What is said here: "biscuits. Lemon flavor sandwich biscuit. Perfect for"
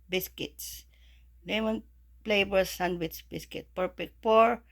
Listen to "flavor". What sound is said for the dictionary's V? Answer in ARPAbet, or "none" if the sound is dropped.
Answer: B